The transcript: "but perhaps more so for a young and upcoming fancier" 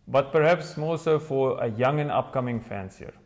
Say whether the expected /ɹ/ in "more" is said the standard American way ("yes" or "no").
no